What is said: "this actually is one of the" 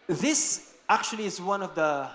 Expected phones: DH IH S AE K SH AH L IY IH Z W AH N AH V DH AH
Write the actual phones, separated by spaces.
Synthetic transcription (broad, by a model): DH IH S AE K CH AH L IY IH Z W AH N AH V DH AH